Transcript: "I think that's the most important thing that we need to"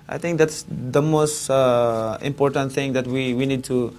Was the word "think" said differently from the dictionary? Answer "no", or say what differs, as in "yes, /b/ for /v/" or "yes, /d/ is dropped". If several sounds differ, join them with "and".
yes, /t/ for /θ/